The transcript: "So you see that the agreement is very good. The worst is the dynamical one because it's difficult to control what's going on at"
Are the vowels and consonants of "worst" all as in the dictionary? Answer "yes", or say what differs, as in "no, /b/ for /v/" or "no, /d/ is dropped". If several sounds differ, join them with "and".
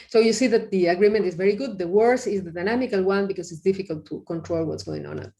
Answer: no, /t/ is dropped